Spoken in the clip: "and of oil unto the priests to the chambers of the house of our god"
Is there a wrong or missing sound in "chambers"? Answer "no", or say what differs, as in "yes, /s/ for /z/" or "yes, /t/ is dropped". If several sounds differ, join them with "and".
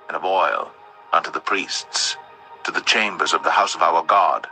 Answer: no